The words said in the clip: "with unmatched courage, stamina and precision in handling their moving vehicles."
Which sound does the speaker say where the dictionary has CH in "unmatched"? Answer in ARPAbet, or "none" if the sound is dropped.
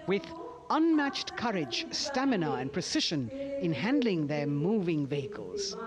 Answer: CH